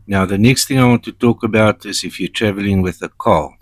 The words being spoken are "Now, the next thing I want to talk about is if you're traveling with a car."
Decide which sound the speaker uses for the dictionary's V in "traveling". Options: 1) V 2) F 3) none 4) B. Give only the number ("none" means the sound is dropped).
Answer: 1